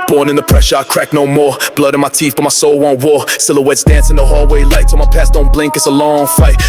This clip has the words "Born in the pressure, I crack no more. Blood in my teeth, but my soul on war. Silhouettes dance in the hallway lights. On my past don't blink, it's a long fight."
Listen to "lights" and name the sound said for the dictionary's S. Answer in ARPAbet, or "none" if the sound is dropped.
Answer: none